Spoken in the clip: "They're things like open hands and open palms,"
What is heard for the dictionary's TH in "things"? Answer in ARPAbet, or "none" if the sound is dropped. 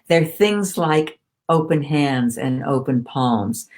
TH